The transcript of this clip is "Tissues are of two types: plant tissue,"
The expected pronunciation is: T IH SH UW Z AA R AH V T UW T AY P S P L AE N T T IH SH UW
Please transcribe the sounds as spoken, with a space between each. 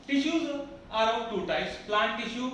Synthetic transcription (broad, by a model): T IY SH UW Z AA R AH P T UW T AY S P L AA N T T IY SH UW